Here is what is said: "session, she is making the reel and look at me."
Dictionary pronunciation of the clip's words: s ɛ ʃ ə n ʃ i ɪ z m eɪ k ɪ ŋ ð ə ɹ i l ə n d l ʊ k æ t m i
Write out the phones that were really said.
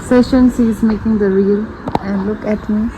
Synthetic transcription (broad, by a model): s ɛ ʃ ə n s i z m eɪ k ɪ ŋ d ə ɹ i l ə n d l ʊ k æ t m i